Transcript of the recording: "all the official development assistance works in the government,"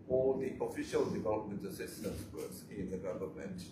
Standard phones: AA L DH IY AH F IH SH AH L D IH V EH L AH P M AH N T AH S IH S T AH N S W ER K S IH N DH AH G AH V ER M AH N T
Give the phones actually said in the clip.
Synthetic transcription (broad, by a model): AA L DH IY AH F IH SH AH L D IH V EH L AH P M AH N T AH S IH S T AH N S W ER S IH N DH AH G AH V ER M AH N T